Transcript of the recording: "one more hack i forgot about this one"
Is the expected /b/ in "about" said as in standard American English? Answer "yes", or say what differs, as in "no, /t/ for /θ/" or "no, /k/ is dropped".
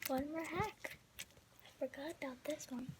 no, /b/ is dropped